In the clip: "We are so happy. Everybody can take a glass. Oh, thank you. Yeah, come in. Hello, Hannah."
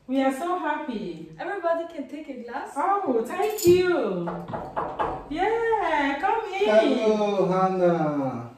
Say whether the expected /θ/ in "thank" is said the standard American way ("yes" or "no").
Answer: no